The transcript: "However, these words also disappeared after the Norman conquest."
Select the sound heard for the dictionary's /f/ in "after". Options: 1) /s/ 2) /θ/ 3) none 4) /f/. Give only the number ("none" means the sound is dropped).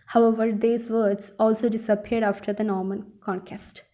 4